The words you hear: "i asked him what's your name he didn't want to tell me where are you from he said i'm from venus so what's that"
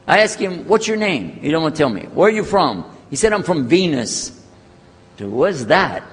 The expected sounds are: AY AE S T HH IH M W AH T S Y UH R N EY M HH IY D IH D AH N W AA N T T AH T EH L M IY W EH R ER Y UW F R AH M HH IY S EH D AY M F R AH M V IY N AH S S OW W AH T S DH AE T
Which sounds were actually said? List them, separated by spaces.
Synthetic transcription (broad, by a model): AY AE S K HH IH M W AH T S Y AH R N EY M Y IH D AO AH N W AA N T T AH T EH L M IY W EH R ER Y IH F R AH M HH IY S EH D AY M F R AH M V IY N AH S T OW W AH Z DH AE T